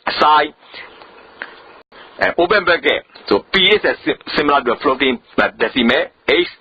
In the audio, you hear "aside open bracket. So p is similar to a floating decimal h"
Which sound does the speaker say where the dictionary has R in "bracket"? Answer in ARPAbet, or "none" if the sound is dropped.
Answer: none